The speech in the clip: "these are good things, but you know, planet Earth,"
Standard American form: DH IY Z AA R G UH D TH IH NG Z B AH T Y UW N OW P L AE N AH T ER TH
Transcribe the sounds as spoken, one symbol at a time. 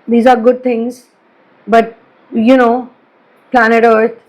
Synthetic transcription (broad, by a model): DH IY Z AA R G UH D T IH NG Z B AH T Y UW N OW P L AE N AH T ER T